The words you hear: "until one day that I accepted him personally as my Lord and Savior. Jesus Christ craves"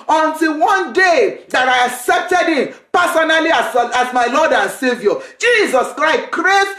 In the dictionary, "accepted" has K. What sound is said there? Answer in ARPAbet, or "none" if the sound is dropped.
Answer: K